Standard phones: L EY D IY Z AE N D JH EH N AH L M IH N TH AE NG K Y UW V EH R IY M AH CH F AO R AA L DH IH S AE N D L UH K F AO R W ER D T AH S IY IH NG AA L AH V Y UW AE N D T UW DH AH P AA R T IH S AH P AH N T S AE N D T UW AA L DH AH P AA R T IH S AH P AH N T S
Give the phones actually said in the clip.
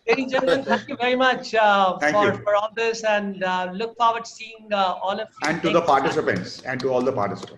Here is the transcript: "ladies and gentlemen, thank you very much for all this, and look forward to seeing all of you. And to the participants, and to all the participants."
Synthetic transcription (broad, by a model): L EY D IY JH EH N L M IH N T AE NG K Y UW V EH R IY M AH CH F AO R AA L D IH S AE N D L UH K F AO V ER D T S IY IH NG AA L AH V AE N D T UW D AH P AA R T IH S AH P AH N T S AE N D T UW AA L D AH P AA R T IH S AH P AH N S